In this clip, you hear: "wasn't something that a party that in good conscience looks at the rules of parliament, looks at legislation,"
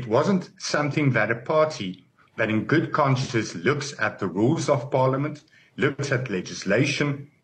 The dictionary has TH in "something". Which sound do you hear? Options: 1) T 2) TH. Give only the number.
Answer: 2